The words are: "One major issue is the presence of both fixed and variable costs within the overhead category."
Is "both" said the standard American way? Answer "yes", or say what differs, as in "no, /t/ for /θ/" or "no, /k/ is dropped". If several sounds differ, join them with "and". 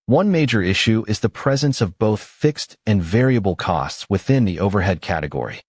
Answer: yes